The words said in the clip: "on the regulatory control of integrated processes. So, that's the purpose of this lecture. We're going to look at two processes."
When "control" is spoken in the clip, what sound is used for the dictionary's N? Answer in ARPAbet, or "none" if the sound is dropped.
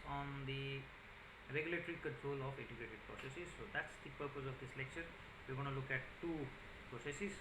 N